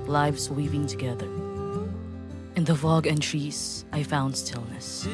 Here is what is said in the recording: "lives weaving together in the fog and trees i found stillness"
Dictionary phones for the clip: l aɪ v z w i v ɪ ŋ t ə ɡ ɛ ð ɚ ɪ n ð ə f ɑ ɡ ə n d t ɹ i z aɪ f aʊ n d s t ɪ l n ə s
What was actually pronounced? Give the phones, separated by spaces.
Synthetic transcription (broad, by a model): l aɪ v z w i p ɪ ŋ t ə ɡ ɛ ð ɚ ɪ n ð ə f ɑ ɡ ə n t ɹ i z aɪ f aʊ n d s t ɪ l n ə s